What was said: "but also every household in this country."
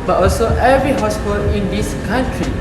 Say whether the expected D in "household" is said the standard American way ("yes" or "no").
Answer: no